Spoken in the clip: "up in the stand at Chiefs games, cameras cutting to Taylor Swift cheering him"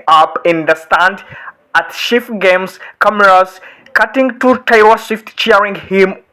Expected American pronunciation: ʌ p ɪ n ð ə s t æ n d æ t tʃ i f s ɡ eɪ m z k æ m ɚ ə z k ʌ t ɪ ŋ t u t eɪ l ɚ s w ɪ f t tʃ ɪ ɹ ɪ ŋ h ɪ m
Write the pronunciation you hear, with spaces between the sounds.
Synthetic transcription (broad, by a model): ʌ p ɪ n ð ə s t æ n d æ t ʃ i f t ɡ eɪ m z k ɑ m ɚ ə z k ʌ t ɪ ŋ t u t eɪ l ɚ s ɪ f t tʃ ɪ ɹ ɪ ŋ h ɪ m